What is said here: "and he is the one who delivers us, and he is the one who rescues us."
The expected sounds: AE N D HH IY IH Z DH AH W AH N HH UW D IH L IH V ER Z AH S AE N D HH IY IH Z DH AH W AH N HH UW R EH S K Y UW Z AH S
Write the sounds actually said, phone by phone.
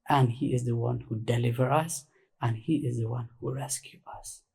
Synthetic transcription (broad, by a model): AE N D HH IY IH Z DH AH W AH N HH UW D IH L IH V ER AH S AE N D HH IY IH Z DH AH W AH N HH UW R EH S K Y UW AH S